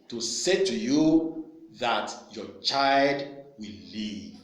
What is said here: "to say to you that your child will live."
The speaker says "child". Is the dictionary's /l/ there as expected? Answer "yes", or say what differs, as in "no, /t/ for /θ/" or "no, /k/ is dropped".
yes